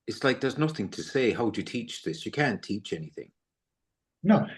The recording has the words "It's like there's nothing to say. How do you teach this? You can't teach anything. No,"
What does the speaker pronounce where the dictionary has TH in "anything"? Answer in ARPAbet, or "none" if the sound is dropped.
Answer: TH